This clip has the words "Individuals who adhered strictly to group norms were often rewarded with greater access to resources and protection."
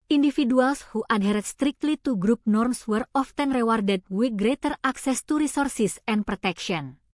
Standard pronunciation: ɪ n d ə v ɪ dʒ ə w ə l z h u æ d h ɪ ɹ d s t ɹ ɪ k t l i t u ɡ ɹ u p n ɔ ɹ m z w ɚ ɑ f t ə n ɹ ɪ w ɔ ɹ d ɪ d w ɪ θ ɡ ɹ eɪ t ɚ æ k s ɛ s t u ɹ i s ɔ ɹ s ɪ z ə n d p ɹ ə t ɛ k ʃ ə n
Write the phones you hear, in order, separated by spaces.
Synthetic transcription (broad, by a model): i n d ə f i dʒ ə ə l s h u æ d h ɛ ɹ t s t ɹ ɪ k t l i t u ɡ ɹ u p n ɔ ɹ m s w ɚ ɑ f t ə n ɹ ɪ w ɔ ɹ d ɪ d w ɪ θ ɡ ɹ eɪ t ɚ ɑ k s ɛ s t u ɹ i s ɔ ɹ s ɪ s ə n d p ɹ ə t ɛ k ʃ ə n